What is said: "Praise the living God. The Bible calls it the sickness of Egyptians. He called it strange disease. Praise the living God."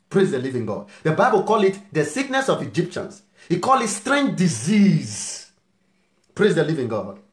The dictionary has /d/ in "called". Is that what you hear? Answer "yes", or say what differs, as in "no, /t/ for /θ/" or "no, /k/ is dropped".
no, /d/ is dropped